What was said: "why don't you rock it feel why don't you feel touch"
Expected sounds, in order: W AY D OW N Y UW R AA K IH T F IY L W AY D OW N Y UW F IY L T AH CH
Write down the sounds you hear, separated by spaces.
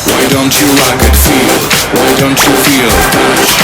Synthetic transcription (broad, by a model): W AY D OW N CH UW L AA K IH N F IY L W AY D OW N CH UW F IY L